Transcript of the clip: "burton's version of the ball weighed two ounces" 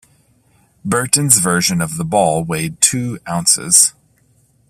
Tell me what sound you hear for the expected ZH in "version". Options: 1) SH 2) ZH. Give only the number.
2